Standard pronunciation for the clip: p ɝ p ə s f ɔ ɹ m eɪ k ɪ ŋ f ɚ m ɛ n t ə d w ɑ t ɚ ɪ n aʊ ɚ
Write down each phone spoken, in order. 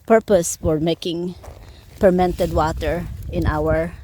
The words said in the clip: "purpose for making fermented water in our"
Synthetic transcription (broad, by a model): p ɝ p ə s f ɔ ɹ m eɪ k ɪ ŋ p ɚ m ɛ n t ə d w ɑ t ɚ ɪ n aʊ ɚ